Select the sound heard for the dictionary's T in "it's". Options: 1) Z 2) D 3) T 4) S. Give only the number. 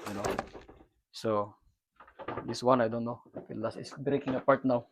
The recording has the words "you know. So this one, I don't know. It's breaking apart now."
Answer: 4